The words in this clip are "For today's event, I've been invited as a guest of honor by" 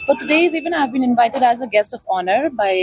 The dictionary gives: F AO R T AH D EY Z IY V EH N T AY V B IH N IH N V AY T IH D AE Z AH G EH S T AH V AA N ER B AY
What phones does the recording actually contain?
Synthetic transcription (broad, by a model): F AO R T AH D EY Z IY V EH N AY V B IH N IH N V AY T IH D AE Z AH G EH S T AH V AA N ER B AY